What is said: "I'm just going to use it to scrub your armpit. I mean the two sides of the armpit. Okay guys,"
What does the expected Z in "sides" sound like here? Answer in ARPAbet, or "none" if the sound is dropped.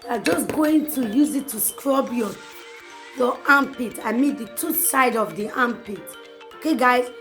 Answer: none